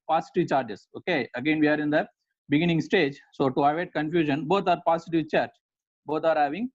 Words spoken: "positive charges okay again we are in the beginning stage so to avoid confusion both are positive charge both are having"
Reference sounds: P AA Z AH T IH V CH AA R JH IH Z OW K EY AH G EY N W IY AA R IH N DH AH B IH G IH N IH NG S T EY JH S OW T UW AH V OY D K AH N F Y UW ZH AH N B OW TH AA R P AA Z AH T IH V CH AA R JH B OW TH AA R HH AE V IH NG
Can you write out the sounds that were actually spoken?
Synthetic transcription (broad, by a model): P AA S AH T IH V CH AA R JH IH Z OW K EY AH G EY N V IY AA R IH N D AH B IH G IH N IH NG S T EY JH S OW T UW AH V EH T K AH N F Y UW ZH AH N B OW T AA R P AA S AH T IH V CH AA R CH B OW T AA R HH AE V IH NG